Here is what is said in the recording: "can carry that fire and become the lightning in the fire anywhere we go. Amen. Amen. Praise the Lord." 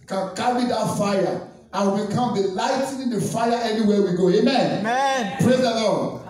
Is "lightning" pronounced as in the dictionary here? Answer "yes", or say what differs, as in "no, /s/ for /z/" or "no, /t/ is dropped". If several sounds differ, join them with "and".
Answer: no, /n/ is dropped